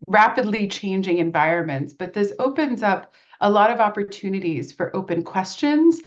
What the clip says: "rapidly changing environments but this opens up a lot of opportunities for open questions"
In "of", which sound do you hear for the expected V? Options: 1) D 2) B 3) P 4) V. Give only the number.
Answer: 4